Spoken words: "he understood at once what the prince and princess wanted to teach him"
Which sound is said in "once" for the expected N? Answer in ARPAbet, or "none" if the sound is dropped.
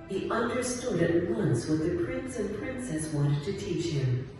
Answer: N